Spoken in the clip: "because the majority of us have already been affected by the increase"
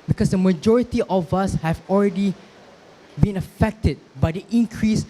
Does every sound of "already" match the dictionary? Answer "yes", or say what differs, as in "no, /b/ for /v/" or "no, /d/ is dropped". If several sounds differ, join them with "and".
yes